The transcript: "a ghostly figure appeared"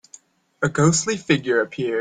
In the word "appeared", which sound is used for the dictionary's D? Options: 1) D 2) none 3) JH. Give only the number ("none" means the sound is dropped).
2